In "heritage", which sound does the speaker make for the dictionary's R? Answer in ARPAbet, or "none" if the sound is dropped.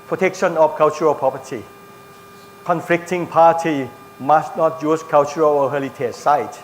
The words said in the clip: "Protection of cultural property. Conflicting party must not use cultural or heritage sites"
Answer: L